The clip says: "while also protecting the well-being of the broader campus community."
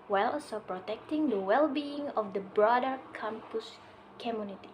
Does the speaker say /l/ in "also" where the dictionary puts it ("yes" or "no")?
no